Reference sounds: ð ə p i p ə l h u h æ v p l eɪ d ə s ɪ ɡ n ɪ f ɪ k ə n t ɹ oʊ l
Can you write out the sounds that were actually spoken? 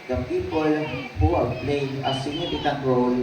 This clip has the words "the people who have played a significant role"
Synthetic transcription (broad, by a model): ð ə p i p ə l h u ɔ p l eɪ ə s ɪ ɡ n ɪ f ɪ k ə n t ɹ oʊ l